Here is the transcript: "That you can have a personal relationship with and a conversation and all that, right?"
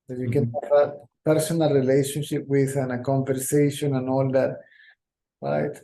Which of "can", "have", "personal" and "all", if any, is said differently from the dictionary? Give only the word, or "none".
have